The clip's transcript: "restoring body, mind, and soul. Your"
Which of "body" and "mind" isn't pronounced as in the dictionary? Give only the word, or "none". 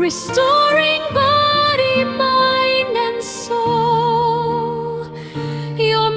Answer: mind